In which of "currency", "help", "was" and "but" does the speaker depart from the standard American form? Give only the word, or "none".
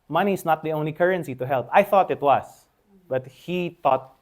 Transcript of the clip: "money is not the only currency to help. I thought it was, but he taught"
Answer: was